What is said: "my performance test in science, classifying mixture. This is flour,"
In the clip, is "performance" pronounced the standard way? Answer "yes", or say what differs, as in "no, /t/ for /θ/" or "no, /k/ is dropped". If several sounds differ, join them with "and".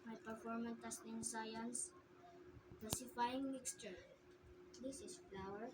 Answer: no, /s/ is dropped